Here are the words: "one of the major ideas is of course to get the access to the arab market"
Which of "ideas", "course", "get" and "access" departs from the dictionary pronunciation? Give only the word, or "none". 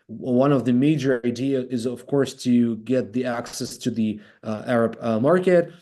ideas